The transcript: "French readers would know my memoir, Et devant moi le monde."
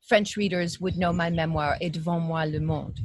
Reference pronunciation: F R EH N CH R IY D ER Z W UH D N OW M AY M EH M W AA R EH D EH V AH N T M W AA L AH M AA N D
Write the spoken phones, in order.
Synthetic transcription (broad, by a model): F R EH N CH R IY D ER Z W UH D N OW M AY M EH M W AA R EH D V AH M W AA L AH M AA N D